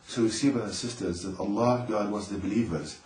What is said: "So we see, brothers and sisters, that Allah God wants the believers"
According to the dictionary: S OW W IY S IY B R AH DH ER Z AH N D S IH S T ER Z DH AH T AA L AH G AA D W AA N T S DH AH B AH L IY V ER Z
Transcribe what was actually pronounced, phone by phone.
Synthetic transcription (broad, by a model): S OW W IY S IY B AH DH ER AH S IH S T ER Z DH AH T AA L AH G AA D W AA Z DH AH B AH L IY V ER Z